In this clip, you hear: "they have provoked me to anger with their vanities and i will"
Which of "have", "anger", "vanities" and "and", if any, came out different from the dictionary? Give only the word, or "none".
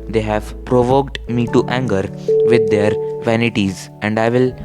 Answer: none